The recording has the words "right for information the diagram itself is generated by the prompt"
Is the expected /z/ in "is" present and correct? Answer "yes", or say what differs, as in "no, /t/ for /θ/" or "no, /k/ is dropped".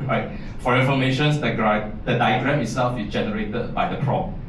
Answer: no, /s/ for /z/